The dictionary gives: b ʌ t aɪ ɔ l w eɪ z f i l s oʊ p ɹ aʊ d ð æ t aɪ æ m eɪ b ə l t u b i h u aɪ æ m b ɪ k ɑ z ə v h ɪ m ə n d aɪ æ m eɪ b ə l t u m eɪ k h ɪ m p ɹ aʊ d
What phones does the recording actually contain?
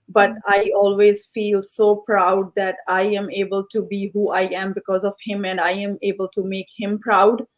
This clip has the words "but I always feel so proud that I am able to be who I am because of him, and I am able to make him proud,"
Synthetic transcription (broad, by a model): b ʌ t aɪ ɔ l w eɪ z f i l s oʊ p ɹ aʊ d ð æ t aɪ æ m eɪ b ə l t u b i h u aɪ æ m b ɪ k ɑ z ə v h ɪ m ə n d aɪ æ m eɪ b ə l t u m eɪ k h ɪ m p ɹ aʊ d